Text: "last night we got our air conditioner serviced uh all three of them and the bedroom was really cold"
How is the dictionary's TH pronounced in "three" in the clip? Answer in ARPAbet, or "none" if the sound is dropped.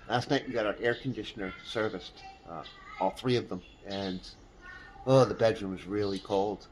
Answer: TH